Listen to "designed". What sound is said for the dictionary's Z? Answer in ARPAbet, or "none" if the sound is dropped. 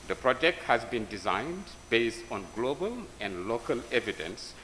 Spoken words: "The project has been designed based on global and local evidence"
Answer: Z